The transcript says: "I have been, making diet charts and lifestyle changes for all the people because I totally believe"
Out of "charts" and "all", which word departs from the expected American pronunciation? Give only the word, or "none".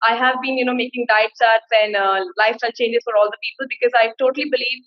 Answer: charts